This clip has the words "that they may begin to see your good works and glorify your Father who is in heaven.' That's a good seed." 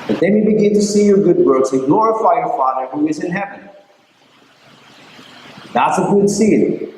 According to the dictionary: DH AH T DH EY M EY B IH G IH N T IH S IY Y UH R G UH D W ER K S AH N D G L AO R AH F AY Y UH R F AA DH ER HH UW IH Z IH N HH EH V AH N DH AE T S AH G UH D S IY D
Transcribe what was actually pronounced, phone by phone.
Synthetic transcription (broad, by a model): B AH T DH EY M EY B IH G IH N T IH S IY Y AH R G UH D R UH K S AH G N AO R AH F AY Y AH R F AA DH ER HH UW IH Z IH N HH EH V AH N DH AE T S AH G UH D S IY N